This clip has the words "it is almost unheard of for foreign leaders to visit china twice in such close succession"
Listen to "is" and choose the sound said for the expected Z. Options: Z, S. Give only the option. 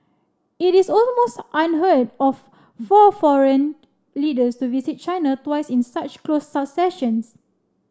S